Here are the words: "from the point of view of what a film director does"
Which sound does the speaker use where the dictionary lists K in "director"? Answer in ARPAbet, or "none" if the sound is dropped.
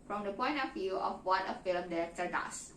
none